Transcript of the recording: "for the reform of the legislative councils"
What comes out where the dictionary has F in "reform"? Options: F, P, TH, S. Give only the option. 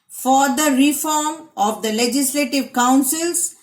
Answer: F